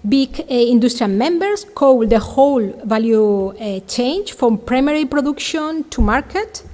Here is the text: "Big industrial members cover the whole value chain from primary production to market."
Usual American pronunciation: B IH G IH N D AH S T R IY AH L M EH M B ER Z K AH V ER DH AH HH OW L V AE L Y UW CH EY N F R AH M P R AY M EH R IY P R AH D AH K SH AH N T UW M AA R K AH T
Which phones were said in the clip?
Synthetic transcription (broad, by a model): B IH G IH N D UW S T R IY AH L M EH M B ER S K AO W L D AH HH OW L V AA L Y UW CH EY N F R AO M P R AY M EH R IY P R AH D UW K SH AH N T UW M AA R K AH T